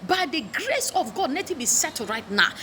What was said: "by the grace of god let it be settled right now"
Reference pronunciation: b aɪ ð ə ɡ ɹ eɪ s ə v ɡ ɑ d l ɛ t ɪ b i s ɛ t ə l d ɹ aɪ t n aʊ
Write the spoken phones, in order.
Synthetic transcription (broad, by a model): b aɪ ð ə ɡ ɹ eɪ s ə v ɡ ɑ d n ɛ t ɪ b i s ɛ t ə ɹ aɪ t n aʊ